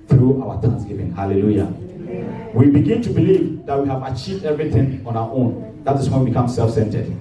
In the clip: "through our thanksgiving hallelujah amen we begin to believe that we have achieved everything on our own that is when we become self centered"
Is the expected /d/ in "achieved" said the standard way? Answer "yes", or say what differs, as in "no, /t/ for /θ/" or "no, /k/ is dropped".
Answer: yes